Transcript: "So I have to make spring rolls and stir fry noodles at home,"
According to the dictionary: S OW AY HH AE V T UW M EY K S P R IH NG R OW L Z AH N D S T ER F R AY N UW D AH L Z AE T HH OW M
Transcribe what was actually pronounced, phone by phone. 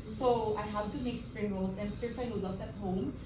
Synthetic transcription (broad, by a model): S OW AY HH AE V T UW M EY K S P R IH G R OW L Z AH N S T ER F AY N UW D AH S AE T HH OW M